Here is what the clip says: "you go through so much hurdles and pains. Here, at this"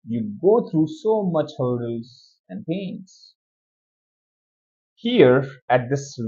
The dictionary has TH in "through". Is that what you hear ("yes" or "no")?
no